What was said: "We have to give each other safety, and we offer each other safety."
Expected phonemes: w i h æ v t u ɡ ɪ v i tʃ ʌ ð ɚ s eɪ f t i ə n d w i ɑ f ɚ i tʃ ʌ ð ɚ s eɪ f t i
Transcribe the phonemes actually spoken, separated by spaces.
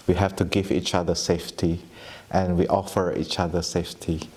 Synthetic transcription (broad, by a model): w i h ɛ f t u ɡ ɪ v i tʃ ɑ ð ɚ s eɪ f t i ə n w i ɑ f ɚ i tʃ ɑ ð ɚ s eɪ f t i